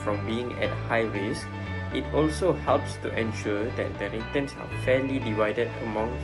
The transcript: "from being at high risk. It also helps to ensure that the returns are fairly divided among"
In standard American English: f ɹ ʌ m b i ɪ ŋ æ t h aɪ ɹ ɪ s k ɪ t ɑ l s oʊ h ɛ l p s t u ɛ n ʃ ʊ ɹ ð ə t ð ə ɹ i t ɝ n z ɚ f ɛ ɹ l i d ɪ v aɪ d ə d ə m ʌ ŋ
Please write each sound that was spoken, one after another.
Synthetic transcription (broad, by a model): f ɹ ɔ m b i ɪ ŋ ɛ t h aɪ w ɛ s ɪ t ɑ l s oʊ h ɛ l p s t u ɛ n ʃ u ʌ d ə t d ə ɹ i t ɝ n s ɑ f ɛ l i d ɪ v aɪ d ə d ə m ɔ ŋ